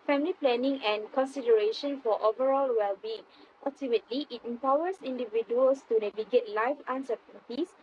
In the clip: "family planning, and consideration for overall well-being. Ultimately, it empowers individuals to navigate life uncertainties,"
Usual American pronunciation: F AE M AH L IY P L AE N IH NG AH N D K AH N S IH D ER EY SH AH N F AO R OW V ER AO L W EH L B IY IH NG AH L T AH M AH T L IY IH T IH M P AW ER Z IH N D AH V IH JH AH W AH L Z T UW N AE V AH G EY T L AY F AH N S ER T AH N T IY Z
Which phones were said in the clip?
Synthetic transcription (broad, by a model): F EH M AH L IY P L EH N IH NG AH N K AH N S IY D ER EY SH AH N F AO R OW V ER AO L W EH L B IY IH NG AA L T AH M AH T L IY IH T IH M P AW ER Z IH N D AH V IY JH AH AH L S T UW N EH V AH G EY T L AY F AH N S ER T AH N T IY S